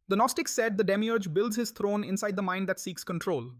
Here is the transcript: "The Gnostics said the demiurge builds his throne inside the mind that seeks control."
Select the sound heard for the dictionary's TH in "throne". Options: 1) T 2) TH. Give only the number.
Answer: 1